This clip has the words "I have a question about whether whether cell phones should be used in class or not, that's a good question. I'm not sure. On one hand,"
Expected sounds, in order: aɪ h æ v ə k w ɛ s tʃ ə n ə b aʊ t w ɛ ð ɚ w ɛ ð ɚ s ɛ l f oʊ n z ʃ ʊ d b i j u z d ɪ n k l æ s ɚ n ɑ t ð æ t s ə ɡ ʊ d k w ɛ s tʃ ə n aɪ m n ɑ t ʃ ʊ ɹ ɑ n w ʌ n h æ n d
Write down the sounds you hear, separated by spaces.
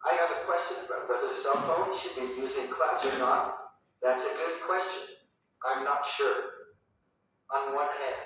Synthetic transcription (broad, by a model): aɪ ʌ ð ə k w ɛ s tʃ ə n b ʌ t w w ɛ ð ɚ s ɛ l f oʊ n z ʃ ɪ d b i j u z d ɪ n k l æ s ɚ n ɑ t ð æ t s ə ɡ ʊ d k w ɛ s tʃ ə n aɪ m n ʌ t ʃ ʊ ɹ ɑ n w ʌ n h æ n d